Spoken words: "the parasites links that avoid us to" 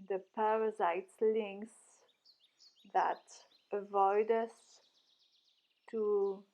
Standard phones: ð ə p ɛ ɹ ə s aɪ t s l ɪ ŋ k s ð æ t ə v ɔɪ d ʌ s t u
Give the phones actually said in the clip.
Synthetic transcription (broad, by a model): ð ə p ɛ ɹ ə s aɪ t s l ɪ ŋ k s ð æ t ə v ɔɪ d ʌ s t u